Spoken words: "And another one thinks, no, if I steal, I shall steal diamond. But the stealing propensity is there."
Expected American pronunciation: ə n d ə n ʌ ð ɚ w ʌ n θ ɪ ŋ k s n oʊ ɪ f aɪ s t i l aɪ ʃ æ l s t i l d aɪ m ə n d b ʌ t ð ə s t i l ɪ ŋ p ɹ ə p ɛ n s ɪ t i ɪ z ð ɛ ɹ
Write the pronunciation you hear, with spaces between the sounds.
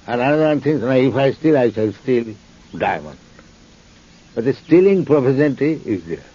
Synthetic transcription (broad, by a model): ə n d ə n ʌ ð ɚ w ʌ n t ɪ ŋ s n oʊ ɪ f aɪ s t i l aɪ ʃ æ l s t i l d aɪ m ə n d b ʌ t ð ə s t i l ɪ ŋ p ɹ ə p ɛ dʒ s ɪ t i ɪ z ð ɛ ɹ